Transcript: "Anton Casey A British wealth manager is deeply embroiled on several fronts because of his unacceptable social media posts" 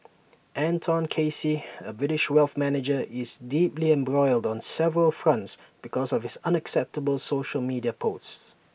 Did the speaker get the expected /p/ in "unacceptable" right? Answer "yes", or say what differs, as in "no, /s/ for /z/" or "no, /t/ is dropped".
yes